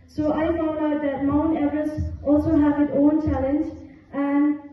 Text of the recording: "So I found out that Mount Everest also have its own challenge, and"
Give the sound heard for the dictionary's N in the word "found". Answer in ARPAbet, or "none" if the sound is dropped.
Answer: none